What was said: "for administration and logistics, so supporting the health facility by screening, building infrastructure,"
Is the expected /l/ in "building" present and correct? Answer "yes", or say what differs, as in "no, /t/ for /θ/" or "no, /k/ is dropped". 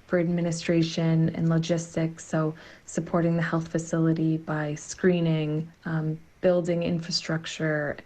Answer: yes